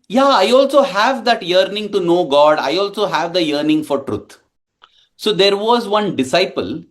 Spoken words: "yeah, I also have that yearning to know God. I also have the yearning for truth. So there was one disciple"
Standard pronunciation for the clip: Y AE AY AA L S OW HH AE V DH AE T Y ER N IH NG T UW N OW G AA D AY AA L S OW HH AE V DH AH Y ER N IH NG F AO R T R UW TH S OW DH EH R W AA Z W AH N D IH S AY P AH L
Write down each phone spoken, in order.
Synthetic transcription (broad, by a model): Y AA AY AA L S OW HH AE V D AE T Y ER N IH NG T UW N OW G AA D AY AA L S OW HH AE V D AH Y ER N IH NG F AO R T R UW T S OW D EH R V AA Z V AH N D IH S AY P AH L